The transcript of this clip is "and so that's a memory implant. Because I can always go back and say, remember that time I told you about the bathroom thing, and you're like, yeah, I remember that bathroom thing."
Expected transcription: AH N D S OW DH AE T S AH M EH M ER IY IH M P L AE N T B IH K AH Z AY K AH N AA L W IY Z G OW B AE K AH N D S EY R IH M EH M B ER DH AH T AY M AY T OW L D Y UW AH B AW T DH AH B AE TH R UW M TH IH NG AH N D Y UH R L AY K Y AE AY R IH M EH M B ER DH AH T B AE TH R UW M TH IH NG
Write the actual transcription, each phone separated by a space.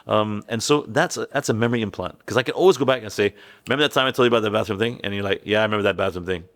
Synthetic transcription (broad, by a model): AH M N S OW DH AE T S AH M EH M ER IY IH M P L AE N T K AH Z AY K AH N AA L W IY Z G OW B AE K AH N S EY IH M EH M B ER DH AH T AY M AY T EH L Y AH B AW T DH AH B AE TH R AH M TH IH NG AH N Y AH R L AY K Y AE AY R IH M EH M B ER DH AH T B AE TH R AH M TH IH NG